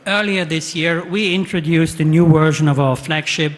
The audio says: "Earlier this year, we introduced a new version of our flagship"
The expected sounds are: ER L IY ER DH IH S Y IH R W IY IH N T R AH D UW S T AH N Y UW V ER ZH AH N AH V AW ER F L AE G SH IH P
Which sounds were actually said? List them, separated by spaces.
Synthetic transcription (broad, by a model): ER L IY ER DH IH S Y IH R W IY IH N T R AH D UW S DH AH N Y UW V ER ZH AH N AH V AW ER F L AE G SH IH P